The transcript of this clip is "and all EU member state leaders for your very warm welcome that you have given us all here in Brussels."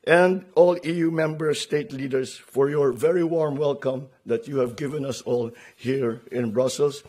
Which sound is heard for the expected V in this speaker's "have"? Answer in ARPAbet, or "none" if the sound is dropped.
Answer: V